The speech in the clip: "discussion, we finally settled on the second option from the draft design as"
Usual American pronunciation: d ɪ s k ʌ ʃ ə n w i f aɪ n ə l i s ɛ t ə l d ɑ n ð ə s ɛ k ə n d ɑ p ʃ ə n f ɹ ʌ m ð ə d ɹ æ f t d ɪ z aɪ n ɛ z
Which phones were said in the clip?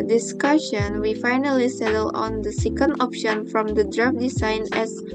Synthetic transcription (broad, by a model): d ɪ s k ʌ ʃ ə n w i f aɪ n ə l i s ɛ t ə l ɑ n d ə s ɛ k ə n d ɑ p ʃ ə n f ɹ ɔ m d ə d ɹ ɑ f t d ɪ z aɪ n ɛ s